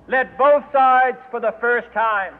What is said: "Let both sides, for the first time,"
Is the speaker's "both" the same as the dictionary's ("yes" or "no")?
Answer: yes